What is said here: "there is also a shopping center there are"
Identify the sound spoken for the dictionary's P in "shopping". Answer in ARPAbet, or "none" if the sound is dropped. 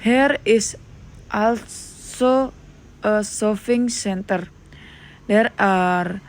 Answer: F